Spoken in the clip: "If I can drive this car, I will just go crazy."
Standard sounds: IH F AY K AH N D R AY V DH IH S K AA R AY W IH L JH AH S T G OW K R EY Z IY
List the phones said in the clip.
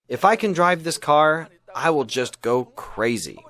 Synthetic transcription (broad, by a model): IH F AY K AH N D R AY V DH IH S K AA R AY W IH L JH AH S T G OW K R EY Z IY